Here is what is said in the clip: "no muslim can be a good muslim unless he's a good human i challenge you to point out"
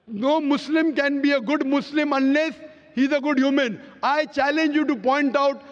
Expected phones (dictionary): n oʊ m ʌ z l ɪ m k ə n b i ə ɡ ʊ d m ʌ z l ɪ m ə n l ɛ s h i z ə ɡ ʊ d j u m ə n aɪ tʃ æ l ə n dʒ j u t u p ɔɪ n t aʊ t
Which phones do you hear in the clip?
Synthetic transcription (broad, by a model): n oʊ m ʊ s l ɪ m k ə n b i ə ɡ ʊ d m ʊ s l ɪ m ə n l ɛ s h i z ə ɡ ʊ d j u m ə n aɪ tʃ æ l ə n dʒ j u t u p ɔɪ n t aʊ t